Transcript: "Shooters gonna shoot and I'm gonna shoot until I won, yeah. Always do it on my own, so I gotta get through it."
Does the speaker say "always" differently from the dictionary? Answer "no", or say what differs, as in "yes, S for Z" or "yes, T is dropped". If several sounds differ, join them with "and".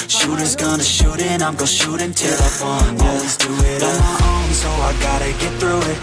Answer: yes, N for L